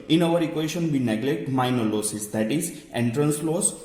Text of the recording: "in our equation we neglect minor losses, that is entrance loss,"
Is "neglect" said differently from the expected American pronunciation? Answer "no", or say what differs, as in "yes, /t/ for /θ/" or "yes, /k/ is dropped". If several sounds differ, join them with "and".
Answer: no